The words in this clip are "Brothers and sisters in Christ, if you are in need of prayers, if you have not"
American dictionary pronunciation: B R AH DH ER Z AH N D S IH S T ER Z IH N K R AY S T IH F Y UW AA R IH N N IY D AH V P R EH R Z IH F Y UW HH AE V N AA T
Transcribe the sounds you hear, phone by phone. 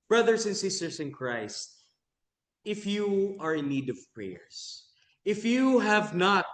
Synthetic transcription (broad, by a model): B R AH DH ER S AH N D S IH S T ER S IH N K R AY S T IH F Y UW AA R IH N N IY D AH V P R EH R S IH F Y UW HH AE V N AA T